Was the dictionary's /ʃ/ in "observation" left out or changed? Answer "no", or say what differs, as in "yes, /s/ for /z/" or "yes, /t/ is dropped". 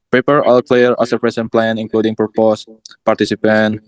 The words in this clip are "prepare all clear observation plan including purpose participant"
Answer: yes, /s/ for /ʃ/